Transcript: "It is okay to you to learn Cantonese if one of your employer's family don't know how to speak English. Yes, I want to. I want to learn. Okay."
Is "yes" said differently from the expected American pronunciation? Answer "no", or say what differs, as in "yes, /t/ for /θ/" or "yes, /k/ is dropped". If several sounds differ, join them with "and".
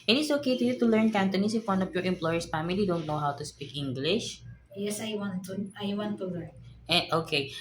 no